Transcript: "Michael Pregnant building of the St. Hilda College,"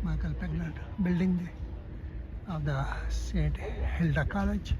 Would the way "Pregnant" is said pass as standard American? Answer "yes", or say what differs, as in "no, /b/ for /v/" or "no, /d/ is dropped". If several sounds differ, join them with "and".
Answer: no, /ɹ/ is dropped